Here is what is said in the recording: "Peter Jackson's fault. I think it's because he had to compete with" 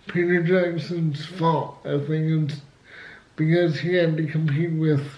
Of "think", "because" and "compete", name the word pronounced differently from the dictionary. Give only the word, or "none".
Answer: think